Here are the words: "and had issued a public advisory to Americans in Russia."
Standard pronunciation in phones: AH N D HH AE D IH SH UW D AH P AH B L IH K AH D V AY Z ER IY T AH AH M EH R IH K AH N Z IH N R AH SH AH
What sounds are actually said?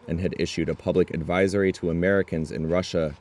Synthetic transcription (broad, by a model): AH N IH D IH SH UW D AH P AH B L IH K AH D V AY Z ER IY T AH AH M EH R IH K AH N Z IH N R AH SH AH